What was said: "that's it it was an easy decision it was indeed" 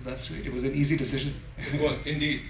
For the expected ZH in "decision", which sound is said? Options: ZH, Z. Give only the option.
ZH